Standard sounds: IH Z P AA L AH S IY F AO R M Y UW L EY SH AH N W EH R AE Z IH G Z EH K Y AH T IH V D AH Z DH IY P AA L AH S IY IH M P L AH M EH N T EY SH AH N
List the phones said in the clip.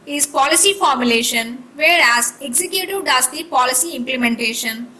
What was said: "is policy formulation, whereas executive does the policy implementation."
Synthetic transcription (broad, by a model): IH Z P AA L AH S IY F AO R M Y UW L EY SH AH N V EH R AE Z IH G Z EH K Y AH T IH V D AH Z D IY P AA L AH S IY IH M P L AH M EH N T EY SH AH N